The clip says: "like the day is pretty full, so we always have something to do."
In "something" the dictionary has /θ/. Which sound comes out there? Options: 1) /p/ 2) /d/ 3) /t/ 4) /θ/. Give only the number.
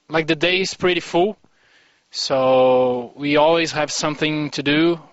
4